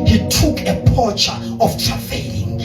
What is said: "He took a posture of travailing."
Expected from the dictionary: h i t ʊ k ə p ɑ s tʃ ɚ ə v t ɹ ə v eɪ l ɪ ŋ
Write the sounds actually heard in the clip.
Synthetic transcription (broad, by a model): h i t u k ə p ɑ tʃ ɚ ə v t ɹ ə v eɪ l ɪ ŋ